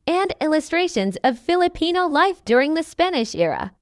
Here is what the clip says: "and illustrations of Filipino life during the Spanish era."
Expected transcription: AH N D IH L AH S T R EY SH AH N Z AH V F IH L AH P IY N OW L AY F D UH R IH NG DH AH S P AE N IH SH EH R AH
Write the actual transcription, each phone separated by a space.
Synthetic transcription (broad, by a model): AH N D IH L AH S T R EY SH AH N Z AH V F IH L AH P IY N OW L AY F D UH R IH NG DH AH S P AE N IH SH EH R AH